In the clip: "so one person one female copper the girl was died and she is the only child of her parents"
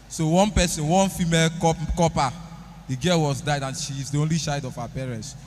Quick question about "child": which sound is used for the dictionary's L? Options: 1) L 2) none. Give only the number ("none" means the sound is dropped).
2